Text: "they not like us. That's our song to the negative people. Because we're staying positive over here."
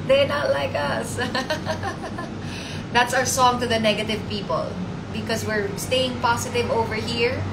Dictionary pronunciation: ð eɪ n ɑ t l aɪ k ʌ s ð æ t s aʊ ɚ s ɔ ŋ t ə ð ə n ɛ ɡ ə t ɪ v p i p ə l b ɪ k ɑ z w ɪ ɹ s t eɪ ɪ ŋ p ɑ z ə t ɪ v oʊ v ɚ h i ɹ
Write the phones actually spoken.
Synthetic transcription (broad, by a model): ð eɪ n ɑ t l aɪ k ʌ s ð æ t s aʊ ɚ s ɔ ŋ t ə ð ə n ɛ ɡ ə t ɪ v p i p ə l b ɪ k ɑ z w ɪ ɹ s t eɪ ɪ ŋ p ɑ s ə t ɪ v oʊ v ɚ h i ɹ